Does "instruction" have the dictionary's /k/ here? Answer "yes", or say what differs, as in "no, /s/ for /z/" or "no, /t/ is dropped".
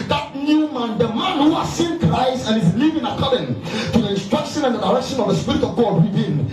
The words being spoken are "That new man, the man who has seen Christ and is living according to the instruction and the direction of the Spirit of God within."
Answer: yes